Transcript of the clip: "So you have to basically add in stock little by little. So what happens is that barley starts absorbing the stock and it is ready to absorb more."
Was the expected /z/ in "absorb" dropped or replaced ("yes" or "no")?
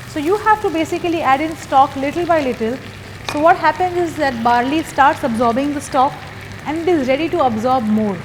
no